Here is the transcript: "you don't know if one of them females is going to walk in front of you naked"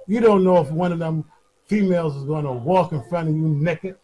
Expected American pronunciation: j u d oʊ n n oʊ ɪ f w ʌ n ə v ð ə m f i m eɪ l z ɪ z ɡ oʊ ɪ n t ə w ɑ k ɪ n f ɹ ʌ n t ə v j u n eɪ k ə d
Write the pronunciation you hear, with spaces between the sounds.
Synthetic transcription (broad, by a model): j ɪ d oʊ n n oʊ ɪ f w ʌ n ə v ð ə m f i m eɪ l z ɪ z ɡ oʊ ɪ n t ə w ɑ k ɪ n f ɹ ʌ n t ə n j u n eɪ k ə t